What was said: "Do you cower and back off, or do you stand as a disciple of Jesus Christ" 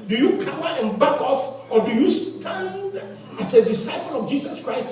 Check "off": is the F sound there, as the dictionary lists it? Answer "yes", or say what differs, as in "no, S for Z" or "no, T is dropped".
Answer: yes